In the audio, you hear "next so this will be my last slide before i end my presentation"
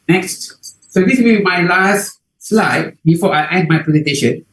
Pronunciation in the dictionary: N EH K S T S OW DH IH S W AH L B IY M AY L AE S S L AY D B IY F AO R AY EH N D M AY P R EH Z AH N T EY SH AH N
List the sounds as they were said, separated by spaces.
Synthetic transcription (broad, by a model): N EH K S T S OW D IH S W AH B B IY M AY L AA S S L AY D B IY F AO AY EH D M AY P R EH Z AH N T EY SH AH N